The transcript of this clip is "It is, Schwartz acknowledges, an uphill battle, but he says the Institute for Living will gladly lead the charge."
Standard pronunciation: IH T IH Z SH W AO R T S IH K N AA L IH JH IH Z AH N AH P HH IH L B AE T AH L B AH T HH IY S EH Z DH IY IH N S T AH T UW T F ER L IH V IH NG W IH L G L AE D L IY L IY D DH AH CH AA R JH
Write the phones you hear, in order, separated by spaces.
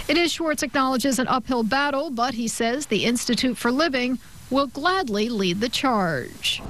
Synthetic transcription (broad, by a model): IH T IH Z SH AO R T IH K N AA L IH JH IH Z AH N AH P HH IH L B AE T L B AH T HH IY S EH Z DH IY IH N S T AH T UW T F ER L IH V IH NG W IH L G L AE D L IY L IY D DH AH CH AA R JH